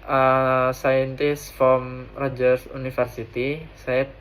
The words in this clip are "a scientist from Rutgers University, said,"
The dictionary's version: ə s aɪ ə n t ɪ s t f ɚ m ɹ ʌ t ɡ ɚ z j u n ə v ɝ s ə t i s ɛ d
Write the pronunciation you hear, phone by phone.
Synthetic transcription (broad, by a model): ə s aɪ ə n t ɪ s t f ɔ m ɹ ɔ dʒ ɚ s u n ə f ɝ s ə t i s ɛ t